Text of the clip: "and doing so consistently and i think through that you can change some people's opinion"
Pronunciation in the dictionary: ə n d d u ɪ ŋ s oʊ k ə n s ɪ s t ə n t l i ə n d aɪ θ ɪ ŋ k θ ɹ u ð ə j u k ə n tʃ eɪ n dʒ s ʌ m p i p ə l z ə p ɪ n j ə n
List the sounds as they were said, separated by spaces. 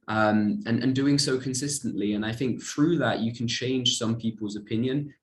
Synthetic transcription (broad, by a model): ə n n d u ɪ ŋ s oʊ k ə n s ɪ s t ə n t l i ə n aɪ θ ɪ ŋ k θ ɹ u ð ə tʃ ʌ k ə n tʃ eɪ n ʒ s ʌ m p i p ə l z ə p ɪ n j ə n